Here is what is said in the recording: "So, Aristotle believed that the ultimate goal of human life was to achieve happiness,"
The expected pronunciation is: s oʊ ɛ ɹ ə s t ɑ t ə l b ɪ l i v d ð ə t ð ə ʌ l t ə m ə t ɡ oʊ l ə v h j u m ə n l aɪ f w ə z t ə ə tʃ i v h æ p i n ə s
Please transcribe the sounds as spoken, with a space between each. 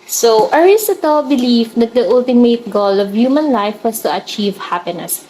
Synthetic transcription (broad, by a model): s oʊ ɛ ɹ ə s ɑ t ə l b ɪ l i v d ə t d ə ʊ l t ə m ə t ɡ oʊ l ə v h j u m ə n l aɪ f w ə s t ə ə tʃ i v h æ p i n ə s